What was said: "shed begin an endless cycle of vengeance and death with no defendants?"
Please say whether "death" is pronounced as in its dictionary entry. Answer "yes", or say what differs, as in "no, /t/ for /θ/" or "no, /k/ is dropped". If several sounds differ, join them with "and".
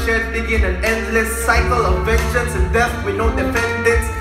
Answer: no, /f/ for /θ/